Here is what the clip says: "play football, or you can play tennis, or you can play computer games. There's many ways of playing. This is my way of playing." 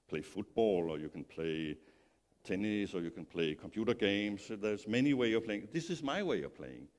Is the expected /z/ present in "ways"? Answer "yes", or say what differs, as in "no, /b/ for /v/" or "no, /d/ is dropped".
no, /z/ is dropped